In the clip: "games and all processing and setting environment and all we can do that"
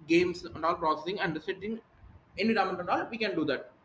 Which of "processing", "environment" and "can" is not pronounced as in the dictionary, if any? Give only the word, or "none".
environment